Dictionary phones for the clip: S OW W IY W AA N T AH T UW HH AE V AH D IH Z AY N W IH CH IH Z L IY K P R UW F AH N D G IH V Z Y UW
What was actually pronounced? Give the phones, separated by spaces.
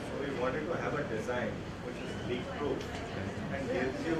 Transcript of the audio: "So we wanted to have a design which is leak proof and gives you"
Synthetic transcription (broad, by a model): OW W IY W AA N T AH T UW HH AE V AH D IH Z AY N W IH CH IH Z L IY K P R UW AH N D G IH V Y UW